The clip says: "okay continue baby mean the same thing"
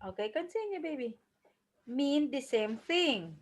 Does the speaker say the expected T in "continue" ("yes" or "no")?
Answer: no